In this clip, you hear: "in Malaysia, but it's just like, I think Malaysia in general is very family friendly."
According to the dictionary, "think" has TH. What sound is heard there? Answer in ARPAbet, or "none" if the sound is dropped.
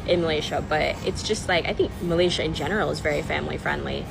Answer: TH